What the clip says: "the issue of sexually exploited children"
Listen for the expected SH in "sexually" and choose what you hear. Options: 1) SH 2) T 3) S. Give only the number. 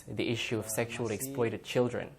1